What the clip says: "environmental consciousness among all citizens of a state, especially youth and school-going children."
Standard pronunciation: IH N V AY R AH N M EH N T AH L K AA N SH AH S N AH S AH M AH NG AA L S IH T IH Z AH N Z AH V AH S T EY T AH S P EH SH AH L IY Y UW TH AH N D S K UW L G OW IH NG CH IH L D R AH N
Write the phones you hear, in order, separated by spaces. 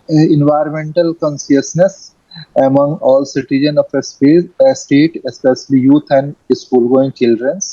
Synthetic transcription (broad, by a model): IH N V AY R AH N M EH N T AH L K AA N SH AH S N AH S AH M AH NG AA L S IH T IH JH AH N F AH P AH S T EY T AH S P EH SH AH L IY Y UW T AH N D S K UW L G OW IH NG CH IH L D R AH N